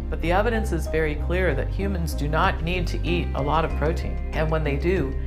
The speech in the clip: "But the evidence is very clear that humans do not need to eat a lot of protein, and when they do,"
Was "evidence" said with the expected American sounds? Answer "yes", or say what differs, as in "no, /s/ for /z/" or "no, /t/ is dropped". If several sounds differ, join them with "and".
yes